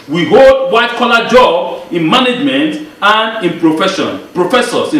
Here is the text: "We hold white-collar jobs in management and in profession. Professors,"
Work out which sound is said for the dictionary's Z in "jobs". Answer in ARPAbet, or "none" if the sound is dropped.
none